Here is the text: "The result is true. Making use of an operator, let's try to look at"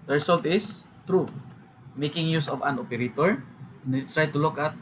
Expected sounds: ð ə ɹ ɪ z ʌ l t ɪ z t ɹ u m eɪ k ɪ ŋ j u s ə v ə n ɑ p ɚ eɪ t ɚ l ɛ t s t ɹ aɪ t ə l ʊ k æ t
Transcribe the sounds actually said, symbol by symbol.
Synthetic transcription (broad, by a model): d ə ɹ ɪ s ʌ l t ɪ s t ɹ u m eɪ k ɪ ŋ j u s ə v ə n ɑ p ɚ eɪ t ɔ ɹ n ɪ t ɹ aɪ t ə l ʊ k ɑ t